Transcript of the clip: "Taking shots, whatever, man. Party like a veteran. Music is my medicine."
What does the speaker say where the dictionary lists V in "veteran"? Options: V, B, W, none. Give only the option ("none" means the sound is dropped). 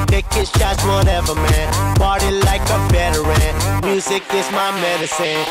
B